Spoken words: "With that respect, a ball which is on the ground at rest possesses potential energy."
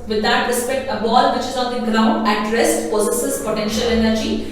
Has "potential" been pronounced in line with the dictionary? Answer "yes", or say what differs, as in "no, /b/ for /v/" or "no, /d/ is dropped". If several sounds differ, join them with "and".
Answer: yes